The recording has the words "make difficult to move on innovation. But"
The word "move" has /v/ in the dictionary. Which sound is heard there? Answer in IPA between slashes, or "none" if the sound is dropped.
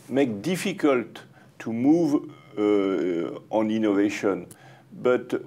/v/